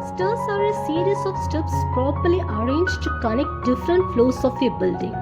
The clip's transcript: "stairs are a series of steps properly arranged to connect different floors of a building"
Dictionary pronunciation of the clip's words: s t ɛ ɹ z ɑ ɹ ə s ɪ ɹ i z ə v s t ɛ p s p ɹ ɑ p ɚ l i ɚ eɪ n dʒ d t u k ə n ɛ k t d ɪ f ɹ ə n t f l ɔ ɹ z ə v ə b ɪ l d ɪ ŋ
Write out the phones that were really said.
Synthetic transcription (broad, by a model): s t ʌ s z ɑ ɹ ə s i ɹ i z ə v s t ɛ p s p ɹ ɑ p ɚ l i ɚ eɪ n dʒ t u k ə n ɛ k d ɪ f ɹ ə n t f l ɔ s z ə f ə b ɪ l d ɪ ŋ